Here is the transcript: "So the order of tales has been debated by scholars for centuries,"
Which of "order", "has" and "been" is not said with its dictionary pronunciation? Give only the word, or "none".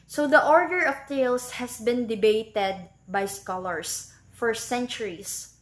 has